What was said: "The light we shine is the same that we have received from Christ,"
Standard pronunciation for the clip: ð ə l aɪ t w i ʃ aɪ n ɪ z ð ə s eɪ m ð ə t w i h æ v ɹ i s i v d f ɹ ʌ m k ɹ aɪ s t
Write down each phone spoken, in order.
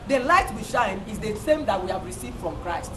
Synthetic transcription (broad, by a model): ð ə l aɪ t w i ʃ aɪ n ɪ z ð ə s eɪ m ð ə t w i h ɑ v ɹ i s i v d f ɹ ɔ m k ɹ aɪ s t